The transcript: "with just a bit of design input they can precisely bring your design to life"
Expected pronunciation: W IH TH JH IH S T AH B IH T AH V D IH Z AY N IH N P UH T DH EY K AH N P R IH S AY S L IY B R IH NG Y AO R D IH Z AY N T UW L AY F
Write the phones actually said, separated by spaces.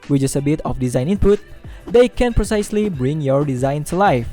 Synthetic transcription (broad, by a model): W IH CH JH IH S AH B IH T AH F D IH Z AY N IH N P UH T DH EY K AH N P R IH S AY S L IY B R IH NG Y AO R D IH Z AY N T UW L AY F